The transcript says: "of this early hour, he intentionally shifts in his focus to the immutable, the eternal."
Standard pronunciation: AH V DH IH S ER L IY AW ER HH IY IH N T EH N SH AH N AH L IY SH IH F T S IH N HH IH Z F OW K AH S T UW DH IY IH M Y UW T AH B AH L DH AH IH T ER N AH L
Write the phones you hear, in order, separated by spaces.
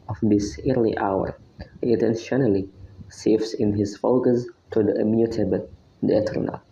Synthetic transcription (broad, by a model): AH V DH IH S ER L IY AW ER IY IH T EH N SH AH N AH L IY S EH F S IH N HH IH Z F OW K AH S T UW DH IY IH M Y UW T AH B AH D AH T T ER N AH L